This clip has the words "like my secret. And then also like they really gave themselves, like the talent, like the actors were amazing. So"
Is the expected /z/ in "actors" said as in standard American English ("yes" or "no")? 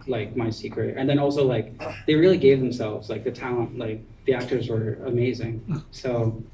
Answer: yes